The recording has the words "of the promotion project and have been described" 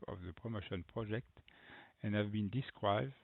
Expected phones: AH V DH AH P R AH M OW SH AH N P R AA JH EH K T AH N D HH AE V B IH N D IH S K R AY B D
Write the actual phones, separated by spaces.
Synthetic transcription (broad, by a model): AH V DH AH P R AH M OW SH AH N P R AA JH EH K T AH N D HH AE V B IH N D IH S K R AY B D